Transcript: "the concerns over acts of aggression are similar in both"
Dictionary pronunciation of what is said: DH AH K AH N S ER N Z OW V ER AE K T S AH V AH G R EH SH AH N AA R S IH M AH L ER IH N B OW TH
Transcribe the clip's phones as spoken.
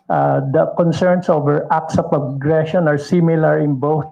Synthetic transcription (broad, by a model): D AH K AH N S ER N S OW V ER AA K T S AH P AH G R EH SH AH N AA R S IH M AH L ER IH N B OW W